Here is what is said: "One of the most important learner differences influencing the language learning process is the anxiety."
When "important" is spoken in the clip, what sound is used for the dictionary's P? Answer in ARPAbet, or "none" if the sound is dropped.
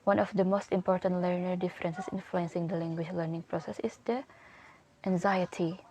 P